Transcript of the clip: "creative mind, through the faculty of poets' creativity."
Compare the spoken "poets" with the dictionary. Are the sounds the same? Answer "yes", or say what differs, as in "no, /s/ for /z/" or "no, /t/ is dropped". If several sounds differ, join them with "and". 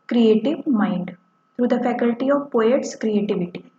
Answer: yes